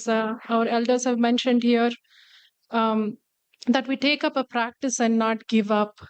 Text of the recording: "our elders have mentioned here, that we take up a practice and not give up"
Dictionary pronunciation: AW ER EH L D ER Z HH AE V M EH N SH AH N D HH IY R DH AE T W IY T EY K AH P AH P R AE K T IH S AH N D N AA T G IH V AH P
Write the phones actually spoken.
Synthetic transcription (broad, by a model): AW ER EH L D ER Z HH AE V M EH N SH AH N D HH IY R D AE T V IY T EY K AH P AH P R AE K T IH S AH N D N AA T G IH V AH P